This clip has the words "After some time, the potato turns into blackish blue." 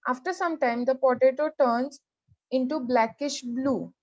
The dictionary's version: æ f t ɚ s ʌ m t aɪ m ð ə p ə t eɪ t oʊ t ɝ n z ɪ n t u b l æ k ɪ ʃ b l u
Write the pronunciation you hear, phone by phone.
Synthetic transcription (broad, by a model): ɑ f t ɚ s ʌ m t aɪ m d ə p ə t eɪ t oʊ t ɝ n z ɪ n t u b l æ k ɪ ʃ b l u